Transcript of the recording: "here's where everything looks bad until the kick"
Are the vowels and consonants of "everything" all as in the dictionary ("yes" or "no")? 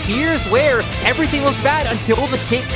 yes